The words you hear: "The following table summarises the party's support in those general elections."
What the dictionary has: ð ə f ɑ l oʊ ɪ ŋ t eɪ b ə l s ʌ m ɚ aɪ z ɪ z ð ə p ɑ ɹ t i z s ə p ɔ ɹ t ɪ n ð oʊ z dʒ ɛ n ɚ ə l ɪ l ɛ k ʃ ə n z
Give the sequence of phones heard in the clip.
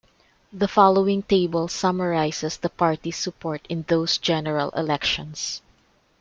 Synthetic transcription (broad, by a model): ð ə f ɑ l oʊ ɪ ŋ t eɪ b ə l s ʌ m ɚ aɪ s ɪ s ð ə p ɑ ɹ t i s ə p ɔ ɹ t ɪ n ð oʊ s dʒ ɛ n ɚ ə l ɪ l ɛ k ʃ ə n s